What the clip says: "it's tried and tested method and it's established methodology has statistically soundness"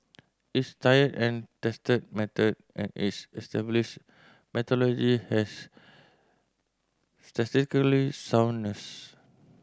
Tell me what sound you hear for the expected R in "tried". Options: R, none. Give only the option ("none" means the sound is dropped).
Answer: none